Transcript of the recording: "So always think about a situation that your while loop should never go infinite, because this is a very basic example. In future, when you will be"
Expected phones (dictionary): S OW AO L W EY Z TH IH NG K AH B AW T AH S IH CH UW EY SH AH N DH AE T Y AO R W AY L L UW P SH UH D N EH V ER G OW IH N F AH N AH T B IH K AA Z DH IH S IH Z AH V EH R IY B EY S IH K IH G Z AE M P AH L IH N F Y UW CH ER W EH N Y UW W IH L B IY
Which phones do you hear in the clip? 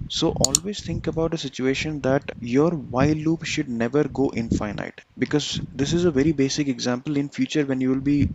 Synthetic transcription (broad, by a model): S OW AO L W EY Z T IH NG K AH B AW T AH S IH CH UW EY SH AH N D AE T Y AO R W AY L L UW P SH UH D N EH V ER G OW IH N F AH N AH T B IH K AA Z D IH S IH Z AH V EH R IY B EY S IH K IH G Z AE M P AH L IH N F Y UW CH ER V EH N Y UW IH L B IY